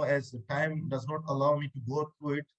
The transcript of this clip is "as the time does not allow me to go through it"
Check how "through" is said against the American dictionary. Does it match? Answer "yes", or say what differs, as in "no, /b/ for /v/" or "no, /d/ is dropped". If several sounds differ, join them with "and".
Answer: no, /t/ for /θ/